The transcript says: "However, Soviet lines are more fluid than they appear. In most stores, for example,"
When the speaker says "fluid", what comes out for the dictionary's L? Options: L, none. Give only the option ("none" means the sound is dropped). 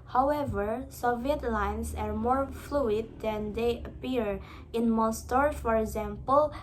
L